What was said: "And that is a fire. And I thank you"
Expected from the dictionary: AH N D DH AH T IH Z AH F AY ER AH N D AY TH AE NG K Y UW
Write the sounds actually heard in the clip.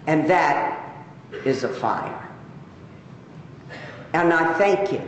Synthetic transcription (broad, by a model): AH N DH AH T IH Z AH F AY ER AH N AY TH AE NG K Y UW